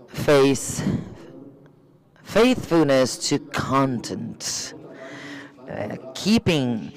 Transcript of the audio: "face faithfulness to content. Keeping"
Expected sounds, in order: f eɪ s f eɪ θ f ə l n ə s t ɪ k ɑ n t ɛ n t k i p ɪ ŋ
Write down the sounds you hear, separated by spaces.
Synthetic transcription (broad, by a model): f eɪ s f eɪ θ f ə l n ə s t ɪ k ɑ n t ɛ n t k i p ɪ ŋ